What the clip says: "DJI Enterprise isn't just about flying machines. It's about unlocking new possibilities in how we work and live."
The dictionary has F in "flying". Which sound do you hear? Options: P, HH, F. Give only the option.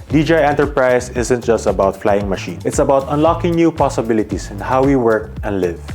F